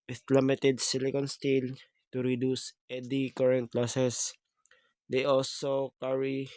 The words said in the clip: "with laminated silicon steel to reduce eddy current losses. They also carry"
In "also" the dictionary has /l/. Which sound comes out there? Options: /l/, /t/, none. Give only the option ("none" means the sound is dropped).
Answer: /l/